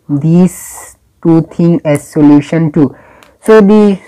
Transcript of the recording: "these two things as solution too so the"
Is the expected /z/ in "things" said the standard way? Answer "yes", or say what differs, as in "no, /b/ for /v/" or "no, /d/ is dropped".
no, /z/ is dropped